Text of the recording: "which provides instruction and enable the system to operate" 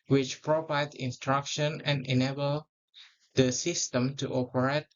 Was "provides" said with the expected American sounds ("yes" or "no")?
no